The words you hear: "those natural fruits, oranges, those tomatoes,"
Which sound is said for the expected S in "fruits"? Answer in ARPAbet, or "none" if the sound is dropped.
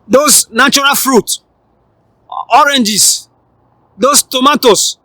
none